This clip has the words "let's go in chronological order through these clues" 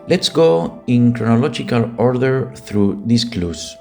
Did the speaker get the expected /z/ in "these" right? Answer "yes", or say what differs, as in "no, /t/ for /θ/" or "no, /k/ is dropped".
no, /s/ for /z/